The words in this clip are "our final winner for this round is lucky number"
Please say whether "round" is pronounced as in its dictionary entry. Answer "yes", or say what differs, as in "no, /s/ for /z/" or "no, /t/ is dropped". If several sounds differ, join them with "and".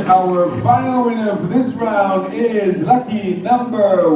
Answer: yes